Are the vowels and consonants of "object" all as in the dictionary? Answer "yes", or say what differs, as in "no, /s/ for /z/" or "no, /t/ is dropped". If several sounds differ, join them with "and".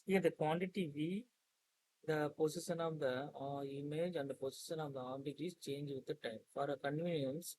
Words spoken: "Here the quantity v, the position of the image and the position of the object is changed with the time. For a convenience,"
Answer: no, /k/ is dropped